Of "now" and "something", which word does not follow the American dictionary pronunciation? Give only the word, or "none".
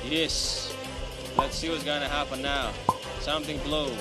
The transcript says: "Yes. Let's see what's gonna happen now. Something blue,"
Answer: none